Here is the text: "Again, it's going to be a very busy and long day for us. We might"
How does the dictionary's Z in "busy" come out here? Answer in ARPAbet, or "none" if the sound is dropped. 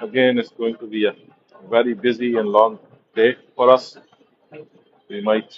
Z